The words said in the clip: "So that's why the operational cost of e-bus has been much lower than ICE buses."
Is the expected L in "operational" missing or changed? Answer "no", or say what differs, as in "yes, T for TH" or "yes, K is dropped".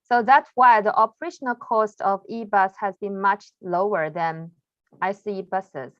no